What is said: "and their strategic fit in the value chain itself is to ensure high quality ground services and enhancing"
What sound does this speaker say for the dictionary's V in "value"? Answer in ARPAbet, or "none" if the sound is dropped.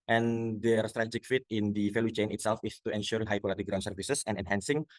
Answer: F